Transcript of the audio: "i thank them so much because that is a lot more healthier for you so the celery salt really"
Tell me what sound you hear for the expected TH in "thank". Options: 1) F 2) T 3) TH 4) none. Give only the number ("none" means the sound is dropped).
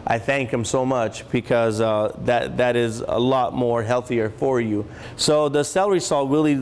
3